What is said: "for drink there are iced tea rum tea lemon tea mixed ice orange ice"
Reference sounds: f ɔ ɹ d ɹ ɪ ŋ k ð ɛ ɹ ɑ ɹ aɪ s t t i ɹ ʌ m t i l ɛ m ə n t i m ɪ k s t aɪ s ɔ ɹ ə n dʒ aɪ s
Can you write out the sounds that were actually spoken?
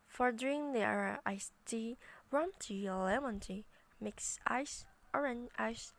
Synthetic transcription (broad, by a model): f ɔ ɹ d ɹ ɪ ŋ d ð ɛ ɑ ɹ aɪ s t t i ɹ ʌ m t i l ɛ m ə n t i m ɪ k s aɪ s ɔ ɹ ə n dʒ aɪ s